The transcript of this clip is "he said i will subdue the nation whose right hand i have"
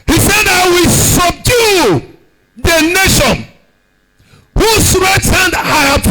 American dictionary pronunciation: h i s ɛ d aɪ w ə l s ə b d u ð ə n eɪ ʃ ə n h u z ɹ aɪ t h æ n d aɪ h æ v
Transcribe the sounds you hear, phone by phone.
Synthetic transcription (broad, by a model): h i s ɛ d aɪ w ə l s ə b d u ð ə n eɪ ʃ ə n h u s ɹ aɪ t h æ n d aɪ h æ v